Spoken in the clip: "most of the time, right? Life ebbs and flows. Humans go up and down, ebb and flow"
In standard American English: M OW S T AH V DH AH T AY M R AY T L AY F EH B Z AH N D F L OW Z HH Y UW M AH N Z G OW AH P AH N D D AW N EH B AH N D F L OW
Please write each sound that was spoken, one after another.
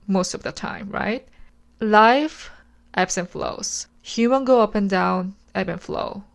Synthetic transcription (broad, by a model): M OW S T AH V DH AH T AY M R AY T L AY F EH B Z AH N F L OW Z HH Y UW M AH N G OW AH P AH N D D AW N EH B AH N F L OW